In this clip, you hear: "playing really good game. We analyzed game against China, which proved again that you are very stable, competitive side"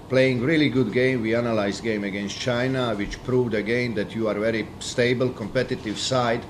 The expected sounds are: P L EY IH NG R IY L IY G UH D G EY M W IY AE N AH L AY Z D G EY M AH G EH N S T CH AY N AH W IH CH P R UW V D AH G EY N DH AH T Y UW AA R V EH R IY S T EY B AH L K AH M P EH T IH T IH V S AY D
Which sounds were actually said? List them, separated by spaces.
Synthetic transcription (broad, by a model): P L EY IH NG R IY L IY G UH D G EY M W IY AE N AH L AY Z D G EY M AH G EH N S T CH AY N AH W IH CH P R UW V D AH G EY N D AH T Y UW AA R V EH R IY S T EY B AH L K AH M P EH T IH T IH V S AY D